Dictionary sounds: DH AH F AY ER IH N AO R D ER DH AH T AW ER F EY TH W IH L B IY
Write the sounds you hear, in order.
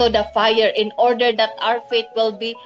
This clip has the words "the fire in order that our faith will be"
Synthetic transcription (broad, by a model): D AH F AY ER IH N AO R D ER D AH T AW ER F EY T W IH L B IY